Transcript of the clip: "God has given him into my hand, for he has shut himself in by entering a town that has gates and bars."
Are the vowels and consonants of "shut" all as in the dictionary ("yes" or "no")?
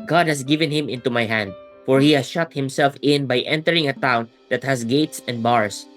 yes